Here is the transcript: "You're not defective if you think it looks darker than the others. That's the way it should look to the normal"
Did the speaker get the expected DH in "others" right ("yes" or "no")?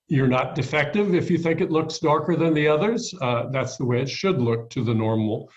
yes